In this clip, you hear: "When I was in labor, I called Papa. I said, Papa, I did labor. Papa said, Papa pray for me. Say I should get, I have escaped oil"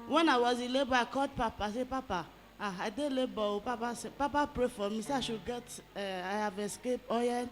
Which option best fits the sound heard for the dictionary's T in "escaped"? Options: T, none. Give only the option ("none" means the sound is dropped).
none